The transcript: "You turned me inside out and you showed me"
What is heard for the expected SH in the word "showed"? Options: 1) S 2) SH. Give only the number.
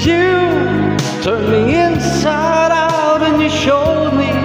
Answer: 2